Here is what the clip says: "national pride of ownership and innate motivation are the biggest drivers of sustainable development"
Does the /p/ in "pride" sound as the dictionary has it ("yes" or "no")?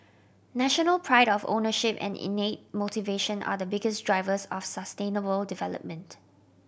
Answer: yes